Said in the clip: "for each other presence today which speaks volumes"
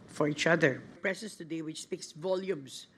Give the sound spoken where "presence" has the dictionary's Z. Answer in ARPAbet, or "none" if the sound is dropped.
S